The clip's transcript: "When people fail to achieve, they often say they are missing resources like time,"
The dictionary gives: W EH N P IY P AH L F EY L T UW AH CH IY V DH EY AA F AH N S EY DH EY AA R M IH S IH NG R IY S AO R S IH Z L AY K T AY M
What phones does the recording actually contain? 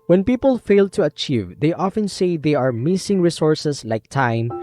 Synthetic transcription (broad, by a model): W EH N P IY P AH L F EY L T UW AH CH IY V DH EY AA F AH N S EY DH EY AA R M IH S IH NG R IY S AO R S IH S L AY K T AY M